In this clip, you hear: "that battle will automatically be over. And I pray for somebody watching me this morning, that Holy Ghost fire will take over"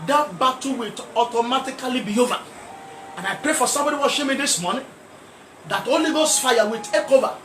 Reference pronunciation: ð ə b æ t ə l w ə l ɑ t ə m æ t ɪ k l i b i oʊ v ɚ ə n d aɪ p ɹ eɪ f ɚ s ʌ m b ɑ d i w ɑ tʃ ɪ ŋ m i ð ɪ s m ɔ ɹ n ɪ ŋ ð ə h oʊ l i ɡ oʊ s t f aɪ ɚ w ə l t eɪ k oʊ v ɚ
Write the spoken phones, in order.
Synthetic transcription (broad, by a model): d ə b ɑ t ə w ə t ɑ t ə m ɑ t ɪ k l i b i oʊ v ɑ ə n aɪ p ɹ eɪ f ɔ s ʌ m b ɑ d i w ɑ ʃ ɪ m i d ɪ s m ɔ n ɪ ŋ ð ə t oʊ l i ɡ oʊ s f aɪ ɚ w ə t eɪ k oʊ v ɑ